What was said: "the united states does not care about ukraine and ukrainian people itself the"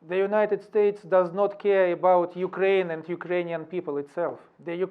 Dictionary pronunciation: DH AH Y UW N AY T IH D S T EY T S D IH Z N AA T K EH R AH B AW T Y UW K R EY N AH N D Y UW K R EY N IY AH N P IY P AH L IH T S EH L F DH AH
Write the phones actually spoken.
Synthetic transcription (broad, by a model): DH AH Y UW N AY T IH D S T EY T S D IH Z N AA T K EH R AH B AW T Y UW K R EY N AH N D Y UW K R EY N IY AH N P IY P AH L IH T S EH L F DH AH